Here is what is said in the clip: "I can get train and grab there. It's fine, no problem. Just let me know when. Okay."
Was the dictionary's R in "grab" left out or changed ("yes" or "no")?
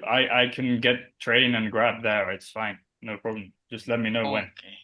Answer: no